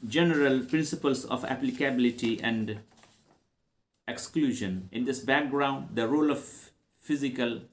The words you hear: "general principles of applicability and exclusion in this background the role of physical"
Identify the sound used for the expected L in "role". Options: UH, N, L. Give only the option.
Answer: L